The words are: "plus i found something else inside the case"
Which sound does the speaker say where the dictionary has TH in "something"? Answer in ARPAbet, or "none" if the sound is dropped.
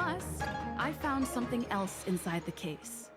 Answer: TH